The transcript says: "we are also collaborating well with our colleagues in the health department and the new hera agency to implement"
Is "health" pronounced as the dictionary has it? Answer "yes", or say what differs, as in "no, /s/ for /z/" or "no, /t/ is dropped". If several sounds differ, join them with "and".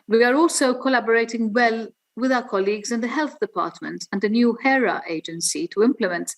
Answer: yes